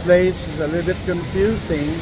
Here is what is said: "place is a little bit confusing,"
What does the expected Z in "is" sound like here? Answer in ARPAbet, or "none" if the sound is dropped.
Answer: Z